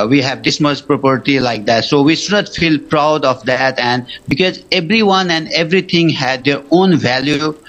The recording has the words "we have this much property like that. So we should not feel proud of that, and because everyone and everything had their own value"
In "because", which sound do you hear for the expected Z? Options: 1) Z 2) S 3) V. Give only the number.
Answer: 1